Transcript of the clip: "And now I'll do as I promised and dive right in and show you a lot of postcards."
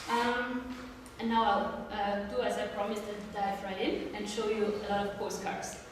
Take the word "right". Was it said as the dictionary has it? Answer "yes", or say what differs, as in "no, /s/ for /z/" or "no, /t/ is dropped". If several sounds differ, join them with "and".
no, /t/ is dropped